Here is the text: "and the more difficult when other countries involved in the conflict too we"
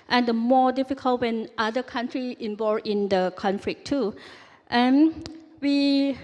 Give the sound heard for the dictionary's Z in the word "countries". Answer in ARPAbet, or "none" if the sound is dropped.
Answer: none